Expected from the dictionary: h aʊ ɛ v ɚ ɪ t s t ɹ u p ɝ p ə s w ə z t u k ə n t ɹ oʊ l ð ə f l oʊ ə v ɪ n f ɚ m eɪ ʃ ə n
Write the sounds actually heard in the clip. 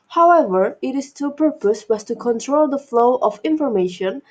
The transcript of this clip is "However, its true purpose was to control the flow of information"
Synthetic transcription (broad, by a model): h aʊ ɛ v ɚ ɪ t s t u p ɝ p ə s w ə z t u k ə n t ɹ oʊ l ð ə f l oʊ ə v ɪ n f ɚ m eɪ ʃ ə n